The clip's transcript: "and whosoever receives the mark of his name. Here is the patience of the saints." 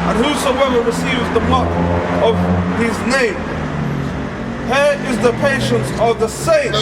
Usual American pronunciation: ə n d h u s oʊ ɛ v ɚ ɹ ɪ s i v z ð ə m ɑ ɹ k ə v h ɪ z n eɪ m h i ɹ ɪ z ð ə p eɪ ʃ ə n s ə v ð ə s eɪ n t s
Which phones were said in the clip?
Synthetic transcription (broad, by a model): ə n h u s oʊ ɛ v ɚ ɹ ɪ s i v z ð ə m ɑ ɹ ə v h ɪ z n eɪ m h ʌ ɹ ɪ z ð ə p eɪ ʃ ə n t ə v ð ə s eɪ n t